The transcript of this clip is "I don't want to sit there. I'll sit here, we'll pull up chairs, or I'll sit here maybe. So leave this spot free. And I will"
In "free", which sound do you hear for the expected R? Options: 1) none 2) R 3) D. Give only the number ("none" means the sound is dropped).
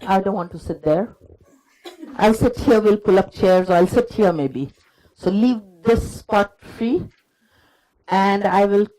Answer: 2